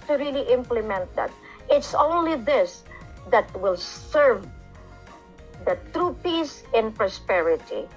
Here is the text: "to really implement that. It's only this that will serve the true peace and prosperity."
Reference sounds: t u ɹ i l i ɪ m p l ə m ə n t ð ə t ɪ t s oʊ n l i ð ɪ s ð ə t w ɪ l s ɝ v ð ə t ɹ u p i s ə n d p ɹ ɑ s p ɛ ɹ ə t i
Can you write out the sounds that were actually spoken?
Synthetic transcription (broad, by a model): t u ɹ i l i ɪ m p l ə m ə n t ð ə t ɪ t s oʊ n l i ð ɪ s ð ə t w ɪ l s ɝ v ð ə t ɹ u p i s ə n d p ɹ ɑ s p ɛ ɹ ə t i